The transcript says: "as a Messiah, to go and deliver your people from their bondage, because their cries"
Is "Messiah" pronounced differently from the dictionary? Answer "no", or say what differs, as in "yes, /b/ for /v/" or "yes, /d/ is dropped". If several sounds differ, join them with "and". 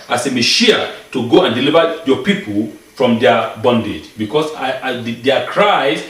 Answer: yes, /ʃ/ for /s/